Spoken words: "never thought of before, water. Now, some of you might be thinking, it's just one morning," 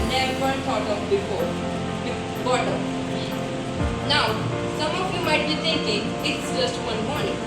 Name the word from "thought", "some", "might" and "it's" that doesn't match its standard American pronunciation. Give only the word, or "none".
thought